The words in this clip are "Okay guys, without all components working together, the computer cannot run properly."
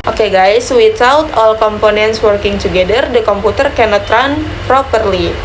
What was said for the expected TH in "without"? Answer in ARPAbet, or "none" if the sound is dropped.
T